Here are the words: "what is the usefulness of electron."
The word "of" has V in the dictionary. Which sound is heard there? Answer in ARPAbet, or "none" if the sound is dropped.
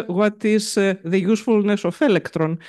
F